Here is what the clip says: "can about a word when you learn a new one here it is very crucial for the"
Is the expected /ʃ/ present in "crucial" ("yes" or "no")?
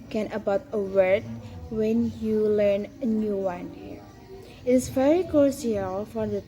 no